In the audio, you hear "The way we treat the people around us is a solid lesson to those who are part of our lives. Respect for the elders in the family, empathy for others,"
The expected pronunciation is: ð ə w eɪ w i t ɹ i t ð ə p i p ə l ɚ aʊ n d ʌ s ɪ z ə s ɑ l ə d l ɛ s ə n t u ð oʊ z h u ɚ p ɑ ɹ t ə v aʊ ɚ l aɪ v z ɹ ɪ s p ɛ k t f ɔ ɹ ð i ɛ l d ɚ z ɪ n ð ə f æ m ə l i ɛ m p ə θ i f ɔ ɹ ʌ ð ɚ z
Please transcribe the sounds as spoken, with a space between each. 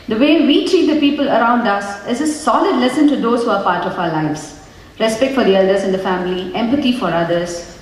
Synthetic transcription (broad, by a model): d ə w eɪ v i t ɹ i t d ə p i p ə l ɚ aʊ n d ʌ s ɪ z ə s ɑ l ə d l ɛ s ə n t u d oʊ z h u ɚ p ɑ ɹ t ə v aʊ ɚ l aɪ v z ɹ ɪ s p ɛ k t f ɔ ɹ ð i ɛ l d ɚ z ɪ n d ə f æ m ə l i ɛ m p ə t i f ɔ ɹ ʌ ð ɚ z